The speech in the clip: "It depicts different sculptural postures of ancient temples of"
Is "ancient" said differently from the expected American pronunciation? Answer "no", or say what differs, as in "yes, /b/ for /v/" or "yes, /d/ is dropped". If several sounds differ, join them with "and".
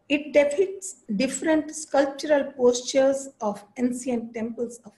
yes, /s/ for /ʃ/